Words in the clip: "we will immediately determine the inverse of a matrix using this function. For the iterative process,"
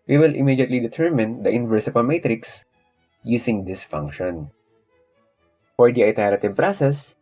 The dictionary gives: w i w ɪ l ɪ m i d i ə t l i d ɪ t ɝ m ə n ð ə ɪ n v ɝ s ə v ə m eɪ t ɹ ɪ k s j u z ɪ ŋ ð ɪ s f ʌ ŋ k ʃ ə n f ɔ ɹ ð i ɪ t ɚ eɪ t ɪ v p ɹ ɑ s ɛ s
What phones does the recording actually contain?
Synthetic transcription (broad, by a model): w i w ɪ l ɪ m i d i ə t l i d ɪ t ɝ m ə n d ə ɪ n v ɝ s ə p ə m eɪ t ɹ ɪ k s j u s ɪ ŋ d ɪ s f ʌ ŋ k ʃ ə n f ɔ ɹ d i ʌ t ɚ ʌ t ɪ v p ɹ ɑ s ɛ s